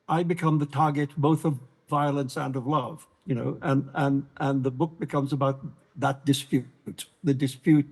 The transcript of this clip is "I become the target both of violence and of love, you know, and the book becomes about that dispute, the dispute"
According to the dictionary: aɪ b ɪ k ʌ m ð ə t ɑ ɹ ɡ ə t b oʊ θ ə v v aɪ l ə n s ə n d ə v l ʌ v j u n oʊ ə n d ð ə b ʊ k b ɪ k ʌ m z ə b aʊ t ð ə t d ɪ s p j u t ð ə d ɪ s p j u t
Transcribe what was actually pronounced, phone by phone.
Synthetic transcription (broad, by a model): aɪ b ɪ k ʌ m ð ə t ɑ ɹ ɡ ə t b oʊ θ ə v v aɪ l ə n s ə n ə v l ʌ v j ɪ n oʊ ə n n ð ə b ʊ k b ɪ k ʌ m z ə b aʊ t ð ə t d ɪ s p j u t ð ə d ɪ s p j u t